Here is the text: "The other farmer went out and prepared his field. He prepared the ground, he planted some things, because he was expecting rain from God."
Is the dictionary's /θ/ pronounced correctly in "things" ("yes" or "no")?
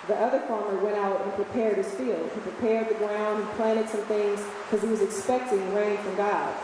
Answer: yes